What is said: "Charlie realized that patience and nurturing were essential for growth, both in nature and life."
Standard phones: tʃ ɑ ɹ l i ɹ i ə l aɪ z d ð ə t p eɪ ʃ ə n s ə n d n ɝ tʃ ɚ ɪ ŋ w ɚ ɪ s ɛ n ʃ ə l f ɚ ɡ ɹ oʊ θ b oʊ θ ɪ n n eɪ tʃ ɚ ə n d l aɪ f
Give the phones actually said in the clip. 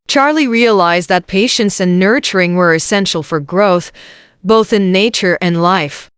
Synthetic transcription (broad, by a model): tʃ ɑ ɹ l i ɹ i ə l aɪ z ð ə t p eɪ ʃ ə n s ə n n ɝ tʃ ɚ ɪ ŋ w ɚ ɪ s ɛ n ʃ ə l f ɚ ɡ ɹ oʊ θ b oʊ θ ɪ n n eɪ tʃ ɚ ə n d l aɪ f